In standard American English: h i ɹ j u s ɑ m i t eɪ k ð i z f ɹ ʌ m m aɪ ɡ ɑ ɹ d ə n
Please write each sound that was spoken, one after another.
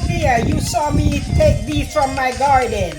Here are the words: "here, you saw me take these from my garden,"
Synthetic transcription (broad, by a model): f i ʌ j u s ɑ m i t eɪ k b i f ɹ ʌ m m aɪ ɡ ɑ ɹ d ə n